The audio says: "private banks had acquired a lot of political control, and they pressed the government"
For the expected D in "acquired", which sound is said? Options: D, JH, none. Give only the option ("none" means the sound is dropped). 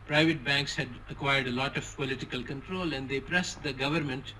D